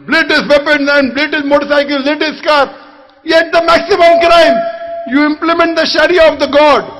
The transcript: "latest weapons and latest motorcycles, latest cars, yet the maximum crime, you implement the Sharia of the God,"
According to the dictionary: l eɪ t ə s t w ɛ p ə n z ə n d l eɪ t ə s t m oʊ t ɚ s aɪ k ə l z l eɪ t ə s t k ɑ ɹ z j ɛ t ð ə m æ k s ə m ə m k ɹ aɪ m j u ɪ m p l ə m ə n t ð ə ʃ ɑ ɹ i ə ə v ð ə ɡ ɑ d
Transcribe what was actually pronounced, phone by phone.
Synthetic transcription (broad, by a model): l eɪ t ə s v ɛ p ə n ə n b l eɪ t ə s m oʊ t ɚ s aɪ k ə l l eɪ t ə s k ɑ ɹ j ɛ t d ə m æ k s ə m ə m k ɹ aɪ m j u ɪ m p l ə m ə n t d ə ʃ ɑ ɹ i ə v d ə ɡ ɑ d